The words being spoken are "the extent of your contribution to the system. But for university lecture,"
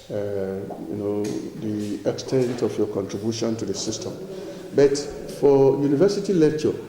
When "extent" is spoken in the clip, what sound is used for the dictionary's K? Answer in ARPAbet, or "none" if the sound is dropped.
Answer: K